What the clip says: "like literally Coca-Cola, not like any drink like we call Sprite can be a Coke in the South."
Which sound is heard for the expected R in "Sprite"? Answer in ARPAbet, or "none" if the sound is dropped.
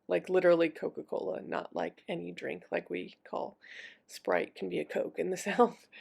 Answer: R